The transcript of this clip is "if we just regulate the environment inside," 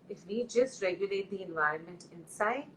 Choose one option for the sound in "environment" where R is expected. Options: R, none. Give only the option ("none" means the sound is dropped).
R